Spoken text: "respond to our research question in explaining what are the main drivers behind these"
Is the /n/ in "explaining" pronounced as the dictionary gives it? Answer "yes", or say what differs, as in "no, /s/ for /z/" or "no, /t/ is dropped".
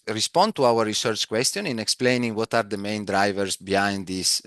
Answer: yes